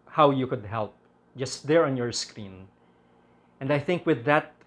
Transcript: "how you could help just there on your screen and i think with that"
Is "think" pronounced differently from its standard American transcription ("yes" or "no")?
no